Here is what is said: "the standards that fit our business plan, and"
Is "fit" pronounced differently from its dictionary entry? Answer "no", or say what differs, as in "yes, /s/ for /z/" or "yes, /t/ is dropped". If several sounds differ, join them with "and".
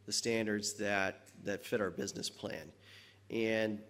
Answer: no